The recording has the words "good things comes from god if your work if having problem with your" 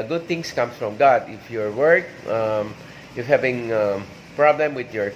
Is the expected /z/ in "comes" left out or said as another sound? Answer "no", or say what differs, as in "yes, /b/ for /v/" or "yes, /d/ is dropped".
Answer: yes, /s/ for /z/